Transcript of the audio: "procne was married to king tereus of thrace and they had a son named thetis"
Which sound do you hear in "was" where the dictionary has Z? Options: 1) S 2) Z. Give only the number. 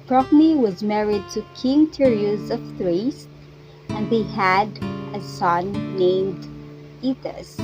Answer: 2